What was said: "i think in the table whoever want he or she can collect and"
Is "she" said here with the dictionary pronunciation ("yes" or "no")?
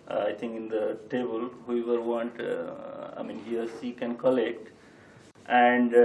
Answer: no